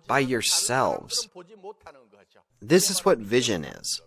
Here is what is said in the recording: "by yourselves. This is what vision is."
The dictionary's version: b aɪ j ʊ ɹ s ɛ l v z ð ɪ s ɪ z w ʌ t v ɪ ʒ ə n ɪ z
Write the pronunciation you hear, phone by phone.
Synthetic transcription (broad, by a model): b aɪ j ʊ ɹ s ɛ l v z ð ɪ s ɪ z w ʌ t v ɪ ʒ ə n ɪ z